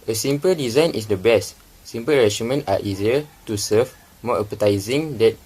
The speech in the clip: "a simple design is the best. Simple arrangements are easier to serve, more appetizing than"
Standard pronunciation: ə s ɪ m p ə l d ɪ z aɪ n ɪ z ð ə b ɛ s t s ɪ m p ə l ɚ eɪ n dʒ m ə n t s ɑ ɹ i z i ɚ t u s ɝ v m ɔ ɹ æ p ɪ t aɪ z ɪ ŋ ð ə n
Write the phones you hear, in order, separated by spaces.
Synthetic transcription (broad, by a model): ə s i m p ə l d ɪ z aɪ n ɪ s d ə b ɛ s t s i m p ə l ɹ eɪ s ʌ m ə n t ɑ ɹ i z i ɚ t u s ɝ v m ɔ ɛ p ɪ t aɪ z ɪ ŋ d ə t